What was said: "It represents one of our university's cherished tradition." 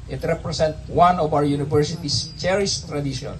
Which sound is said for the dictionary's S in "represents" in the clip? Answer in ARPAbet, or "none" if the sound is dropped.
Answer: none